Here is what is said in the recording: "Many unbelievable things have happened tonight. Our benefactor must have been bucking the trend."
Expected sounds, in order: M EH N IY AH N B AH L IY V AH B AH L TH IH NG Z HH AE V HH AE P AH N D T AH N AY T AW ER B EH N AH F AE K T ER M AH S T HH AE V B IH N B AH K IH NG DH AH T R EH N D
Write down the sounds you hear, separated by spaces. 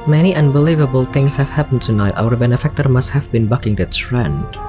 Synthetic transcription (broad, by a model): M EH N IY AH N B AH L IY V AH B AH L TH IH NG S HH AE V HH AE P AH N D T AH N AY T AW ER B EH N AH F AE K T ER M AH S T HH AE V B IH N B AH K IH NG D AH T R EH N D